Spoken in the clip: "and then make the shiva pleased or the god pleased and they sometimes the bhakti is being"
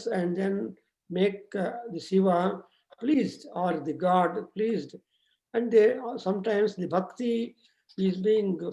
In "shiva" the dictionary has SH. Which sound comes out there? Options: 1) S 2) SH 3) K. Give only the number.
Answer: 1